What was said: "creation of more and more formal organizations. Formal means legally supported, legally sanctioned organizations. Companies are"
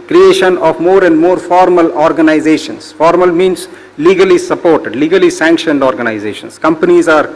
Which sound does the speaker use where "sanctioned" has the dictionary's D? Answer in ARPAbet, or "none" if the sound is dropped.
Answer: D